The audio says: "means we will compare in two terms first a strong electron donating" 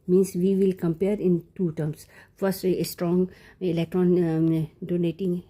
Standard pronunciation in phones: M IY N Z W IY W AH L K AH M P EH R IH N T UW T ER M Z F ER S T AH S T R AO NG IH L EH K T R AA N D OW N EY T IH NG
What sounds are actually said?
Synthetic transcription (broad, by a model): M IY N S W IY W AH L K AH M P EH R IH N T UW T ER M S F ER S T AH S T R AO NG IH L EH K T R AA N D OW N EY T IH NG